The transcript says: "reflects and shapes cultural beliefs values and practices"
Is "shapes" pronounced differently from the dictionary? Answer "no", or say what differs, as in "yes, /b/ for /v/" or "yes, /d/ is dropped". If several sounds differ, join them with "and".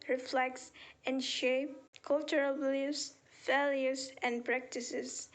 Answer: yes, /s/ is dropped